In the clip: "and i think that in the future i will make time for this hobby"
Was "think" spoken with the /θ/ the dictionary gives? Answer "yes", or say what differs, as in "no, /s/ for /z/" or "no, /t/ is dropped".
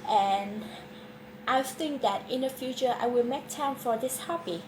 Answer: yes